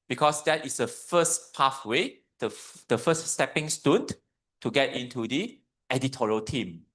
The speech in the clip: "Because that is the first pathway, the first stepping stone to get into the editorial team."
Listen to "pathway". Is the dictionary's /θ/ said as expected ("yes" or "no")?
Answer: no